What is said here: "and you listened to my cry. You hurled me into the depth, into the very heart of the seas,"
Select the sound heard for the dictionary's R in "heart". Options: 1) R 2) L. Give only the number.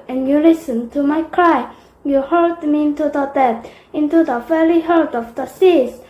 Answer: 2